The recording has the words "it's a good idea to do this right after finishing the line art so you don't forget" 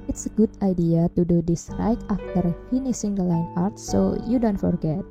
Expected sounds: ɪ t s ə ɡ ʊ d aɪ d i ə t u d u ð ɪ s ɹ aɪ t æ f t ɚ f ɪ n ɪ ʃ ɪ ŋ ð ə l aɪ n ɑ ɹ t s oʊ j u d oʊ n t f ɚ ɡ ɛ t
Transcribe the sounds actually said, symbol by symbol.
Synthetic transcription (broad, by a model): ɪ t s ə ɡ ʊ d aɪ d i ə t u d u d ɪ s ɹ aɪ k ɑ f t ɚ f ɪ n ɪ s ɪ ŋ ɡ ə l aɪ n ɑ ɹ t s oʊ j u d oʊ n t f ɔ ɡ ɛ t